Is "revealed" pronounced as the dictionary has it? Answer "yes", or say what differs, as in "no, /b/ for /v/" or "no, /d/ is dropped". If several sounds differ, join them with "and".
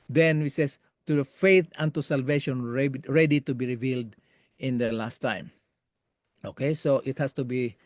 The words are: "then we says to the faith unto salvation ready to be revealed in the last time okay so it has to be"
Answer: yes